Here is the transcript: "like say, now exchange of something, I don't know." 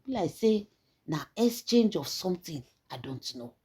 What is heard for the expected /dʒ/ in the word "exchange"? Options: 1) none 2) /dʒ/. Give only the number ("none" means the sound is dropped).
2